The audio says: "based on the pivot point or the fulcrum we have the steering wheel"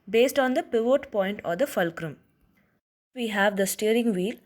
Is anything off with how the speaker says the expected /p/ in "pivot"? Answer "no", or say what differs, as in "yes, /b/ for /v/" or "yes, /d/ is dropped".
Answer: no